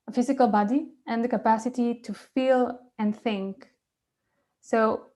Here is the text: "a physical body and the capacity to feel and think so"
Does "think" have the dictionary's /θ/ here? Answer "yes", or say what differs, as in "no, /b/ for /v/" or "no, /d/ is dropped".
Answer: yes